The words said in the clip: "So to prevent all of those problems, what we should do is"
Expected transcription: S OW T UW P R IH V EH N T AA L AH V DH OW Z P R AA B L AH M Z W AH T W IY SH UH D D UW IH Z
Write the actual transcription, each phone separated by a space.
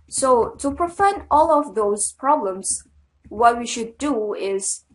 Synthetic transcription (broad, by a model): S OW T UW P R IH F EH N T AA L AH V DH OW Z P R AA B L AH M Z W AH T W IY SH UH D D UW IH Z